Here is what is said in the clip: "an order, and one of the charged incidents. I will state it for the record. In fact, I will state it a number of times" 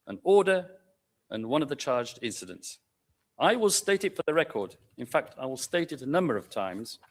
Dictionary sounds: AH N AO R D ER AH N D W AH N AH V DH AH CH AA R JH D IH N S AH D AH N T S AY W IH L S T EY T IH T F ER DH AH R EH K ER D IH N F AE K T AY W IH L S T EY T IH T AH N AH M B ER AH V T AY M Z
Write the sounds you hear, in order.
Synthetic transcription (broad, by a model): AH N AO R D ER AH N W AH N AH V DH AH CH AA R JH D IH N S AH D AH N T S AY W IH L S T EY T IH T F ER DH AH R EH K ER D IH N F AE K T AY W IH L S T EY T IH T AH N AH M B ER AH V T AY M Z